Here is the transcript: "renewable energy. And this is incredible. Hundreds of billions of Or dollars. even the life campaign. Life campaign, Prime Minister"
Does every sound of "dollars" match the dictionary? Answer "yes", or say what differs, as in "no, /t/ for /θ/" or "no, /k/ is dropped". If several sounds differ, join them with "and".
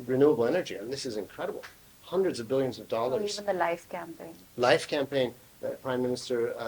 no, /z/ is dropped